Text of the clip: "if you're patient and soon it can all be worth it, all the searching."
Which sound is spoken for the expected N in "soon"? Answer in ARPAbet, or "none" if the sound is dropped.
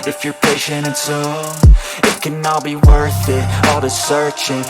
none